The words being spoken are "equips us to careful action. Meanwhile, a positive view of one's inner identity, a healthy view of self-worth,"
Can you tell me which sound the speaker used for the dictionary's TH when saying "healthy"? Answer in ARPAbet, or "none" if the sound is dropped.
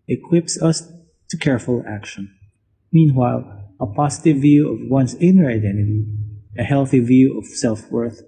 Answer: TH